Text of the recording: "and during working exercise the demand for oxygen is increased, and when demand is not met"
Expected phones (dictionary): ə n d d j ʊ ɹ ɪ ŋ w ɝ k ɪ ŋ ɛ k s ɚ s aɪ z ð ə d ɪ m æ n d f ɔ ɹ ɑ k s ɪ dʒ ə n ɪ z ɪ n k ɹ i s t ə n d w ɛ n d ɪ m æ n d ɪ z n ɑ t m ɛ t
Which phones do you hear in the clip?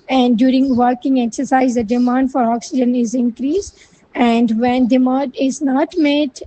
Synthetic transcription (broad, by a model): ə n d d j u ɹ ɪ ŋ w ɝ k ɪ ŋ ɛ k s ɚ s aɪ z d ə d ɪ m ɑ n d f ɔ ɹ ɑ k s ɪ dʒ ə n ɪ z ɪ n k ɹ i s ə n d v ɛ n d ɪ m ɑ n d ɪ z n ɑ t m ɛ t